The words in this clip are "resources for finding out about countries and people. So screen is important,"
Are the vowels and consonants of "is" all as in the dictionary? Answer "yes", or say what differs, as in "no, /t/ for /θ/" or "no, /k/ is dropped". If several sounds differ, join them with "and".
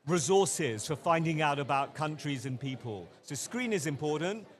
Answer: yes